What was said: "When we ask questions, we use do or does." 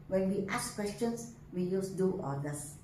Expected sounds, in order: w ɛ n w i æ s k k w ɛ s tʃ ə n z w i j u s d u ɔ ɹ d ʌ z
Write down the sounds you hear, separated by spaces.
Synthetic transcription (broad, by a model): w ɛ n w i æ s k k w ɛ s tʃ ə n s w i j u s d u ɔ l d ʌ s